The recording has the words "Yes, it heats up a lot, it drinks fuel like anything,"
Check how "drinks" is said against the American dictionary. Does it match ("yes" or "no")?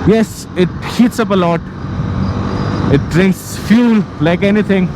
yes